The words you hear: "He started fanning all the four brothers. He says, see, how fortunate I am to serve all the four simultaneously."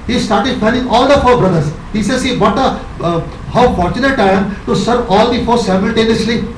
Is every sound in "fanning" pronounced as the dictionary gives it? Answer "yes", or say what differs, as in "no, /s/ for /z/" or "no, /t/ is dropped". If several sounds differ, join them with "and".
no, /l/ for /n/